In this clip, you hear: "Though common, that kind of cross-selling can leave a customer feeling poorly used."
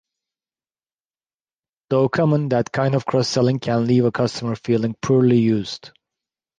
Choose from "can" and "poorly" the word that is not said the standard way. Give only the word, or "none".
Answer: none